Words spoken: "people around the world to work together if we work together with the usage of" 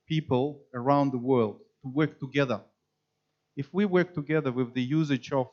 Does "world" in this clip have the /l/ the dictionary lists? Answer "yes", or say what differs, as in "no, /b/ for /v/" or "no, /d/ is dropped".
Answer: yes